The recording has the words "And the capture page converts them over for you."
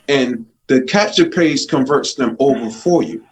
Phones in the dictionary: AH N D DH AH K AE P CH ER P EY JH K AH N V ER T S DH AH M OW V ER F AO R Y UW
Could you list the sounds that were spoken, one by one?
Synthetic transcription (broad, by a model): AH N DH AH K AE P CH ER P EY Z K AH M V ER T S DH AH M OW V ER F AO R Y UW